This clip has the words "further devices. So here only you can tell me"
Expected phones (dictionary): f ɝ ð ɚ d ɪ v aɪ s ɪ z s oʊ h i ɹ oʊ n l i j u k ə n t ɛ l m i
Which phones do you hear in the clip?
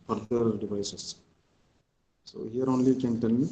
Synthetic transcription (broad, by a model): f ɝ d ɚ d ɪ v aɪ s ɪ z s oʊ h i ɹ oʊ n l i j k ə n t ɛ n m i